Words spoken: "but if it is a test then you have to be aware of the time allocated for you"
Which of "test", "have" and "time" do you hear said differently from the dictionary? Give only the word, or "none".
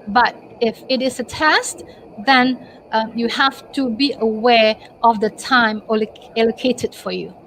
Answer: have